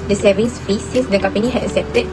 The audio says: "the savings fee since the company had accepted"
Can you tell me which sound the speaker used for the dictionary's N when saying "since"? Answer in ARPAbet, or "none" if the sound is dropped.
none